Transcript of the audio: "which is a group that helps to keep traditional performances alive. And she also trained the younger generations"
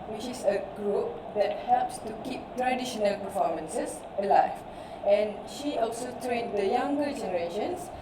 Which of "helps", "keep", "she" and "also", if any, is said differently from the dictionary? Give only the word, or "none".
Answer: none